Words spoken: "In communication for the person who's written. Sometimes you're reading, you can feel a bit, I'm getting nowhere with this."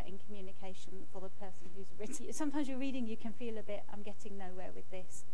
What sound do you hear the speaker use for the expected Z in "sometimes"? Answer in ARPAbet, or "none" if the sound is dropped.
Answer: Z